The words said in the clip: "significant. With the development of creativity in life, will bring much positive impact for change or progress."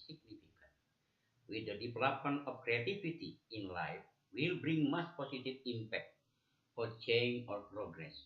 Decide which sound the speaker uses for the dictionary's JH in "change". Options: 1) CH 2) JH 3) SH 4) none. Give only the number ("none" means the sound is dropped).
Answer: 4